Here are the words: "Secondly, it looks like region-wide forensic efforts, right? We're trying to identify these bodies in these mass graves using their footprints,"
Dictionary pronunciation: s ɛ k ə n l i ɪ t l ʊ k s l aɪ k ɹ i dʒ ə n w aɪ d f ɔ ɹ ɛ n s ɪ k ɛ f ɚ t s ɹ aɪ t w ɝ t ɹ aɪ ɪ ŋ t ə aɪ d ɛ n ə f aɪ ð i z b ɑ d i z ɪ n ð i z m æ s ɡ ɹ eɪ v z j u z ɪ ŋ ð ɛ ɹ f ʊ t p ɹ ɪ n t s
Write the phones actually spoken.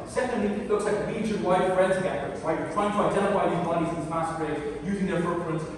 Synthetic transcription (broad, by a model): s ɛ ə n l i ɪ t l ʊ k s l aɪ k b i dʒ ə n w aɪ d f ɹ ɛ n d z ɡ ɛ ɚ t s ɹ aɪ t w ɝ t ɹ aɪ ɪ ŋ t ə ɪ d ɛ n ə f aɪ ð i z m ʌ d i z ɪ n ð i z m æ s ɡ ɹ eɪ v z j u z ɪ ŋ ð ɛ ɹ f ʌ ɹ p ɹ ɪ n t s